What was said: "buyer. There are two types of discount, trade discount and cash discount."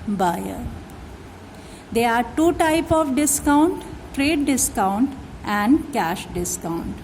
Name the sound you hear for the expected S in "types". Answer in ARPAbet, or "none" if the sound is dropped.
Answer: none